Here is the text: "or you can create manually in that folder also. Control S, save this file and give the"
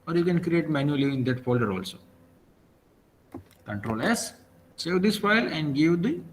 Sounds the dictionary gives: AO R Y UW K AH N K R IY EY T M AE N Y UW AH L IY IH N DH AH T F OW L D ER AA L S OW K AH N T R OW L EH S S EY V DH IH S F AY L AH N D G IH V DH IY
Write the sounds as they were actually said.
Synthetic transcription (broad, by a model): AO R Y UW K AH N K R IY EY T M AE N Y UW AH L IY IH N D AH T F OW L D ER AA L S OW K AH N T R OW L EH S S EY V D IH S F AY L AH N D G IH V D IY